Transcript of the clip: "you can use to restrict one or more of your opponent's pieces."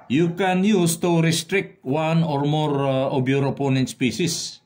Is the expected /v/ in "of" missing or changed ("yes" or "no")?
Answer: yes